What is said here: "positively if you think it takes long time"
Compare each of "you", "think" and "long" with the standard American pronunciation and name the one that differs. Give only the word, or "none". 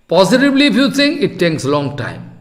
think